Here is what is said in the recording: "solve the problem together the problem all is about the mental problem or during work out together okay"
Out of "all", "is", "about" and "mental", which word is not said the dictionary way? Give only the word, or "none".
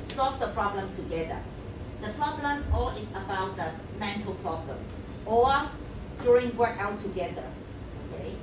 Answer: is